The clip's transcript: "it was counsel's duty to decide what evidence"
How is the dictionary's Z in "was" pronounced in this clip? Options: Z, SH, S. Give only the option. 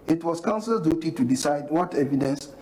S